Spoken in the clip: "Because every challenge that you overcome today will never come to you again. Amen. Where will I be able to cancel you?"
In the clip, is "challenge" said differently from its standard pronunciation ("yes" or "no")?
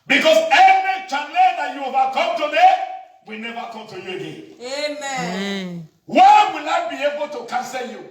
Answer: yes